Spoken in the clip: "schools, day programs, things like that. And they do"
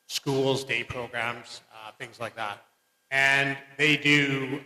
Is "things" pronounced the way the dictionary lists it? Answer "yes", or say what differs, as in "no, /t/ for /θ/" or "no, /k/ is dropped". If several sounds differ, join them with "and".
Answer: yes